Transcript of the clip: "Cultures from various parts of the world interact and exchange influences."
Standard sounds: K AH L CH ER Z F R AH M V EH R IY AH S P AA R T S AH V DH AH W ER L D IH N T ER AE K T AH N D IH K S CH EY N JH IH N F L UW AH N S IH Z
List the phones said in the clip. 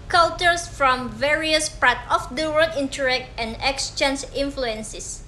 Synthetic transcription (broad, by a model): K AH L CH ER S F R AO M V EH R IY AH S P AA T AH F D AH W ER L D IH N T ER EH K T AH N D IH K S CH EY N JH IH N F L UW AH N S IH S